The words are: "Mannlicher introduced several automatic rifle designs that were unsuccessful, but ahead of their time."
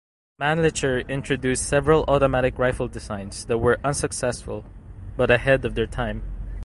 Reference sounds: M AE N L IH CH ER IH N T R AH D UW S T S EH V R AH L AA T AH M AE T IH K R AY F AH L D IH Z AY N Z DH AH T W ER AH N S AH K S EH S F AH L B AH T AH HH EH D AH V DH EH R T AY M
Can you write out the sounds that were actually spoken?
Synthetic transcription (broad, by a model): M AE N L IH CH ER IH N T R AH D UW S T S EH V R AH L AA T AH M AE T IH K R AY F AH L D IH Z AY N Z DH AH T W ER AH N S AH K S EH S F AH L B AH T AH HH EH D AH V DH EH R T AY M